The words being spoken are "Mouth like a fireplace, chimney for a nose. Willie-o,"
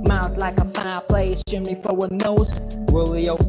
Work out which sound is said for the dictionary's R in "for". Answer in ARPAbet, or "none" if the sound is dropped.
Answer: W